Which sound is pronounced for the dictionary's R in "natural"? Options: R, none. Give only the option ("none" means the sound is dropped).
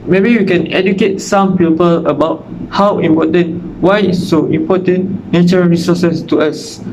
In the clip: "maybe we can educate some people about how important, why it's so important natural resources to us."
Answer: none